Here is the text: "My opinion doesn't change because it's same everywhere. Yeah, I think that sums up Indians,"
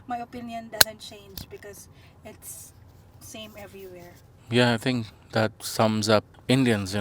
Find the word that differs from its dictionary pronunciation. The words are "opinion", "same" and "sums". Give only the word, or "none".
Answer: none